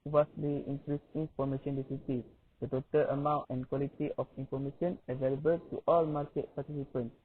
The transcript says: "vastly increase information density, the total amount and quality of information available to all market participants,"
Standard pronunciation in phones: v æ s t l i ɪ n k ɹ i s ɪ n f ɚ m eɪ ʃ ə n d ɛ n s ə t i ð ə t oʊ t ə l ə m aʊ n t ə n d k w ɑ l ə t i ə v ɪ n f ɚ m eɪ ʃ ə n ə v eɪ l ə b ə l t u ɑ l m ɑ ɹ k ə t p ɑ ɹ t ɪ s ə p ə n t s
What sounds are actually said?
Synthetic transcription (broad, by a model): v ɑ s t l i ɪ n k ɹ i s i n f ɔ m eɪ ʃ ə n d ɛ s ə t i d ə t oʊ t ə l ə m aʊ n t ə n k w ɑ l ə t i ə f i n f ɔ m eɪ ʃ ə n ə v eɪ l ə b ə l t u ɑ l m ɑ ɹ k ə t p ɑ t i s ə p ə n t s